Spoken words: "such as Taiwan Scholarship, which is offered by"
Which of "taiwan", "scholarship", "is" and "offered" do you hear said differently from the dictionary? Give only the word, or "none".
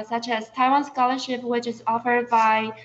none